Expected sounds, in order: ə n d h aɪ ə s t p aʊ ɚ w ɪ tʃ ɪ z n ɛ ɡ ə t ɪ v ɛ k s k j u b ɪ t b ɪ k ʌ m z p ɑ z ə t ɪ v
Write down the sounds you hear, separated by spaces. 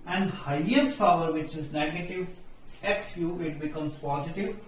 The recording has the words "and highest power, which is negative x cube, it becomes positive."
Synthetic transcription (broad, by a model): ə n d h aɪ ə s t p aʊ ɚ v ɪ tʃ ɪ z n ɛ ɡ ə t ɪ v ɛ k s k j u ɪ t b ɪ k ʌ m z p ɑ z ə t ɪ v